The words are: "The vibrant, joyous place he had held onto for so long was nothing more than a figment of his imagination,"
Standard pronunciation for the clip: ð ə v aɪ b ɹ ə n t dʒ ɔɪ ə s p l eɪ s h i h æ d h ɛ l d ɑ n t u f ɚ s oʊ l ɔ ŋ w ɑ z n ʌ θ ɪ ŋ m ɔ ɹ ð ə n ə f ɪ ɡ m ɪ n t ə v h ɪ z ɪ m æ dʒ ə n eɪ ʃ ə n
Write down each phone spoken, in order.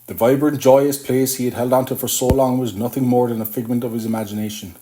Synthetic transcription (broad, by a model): ð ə v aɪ b ɹ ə n dʒ ɔɪ ə s p l eɪ s h i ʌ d h ɛ l d ɑ n t u f ɚ s oʊ l ɔ ŋ w ɑ z n ʌ θ ɪ ŋ m ɔ ɹ ð ə n ə f ɪ ɡ m ɪ n t ə v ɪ z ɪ m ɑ dʒ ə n eɪ ʃ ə n